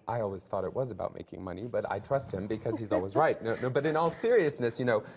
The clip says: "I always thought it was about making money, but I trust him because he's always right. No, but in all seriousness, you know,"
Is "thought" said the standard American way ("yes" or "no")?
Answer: yes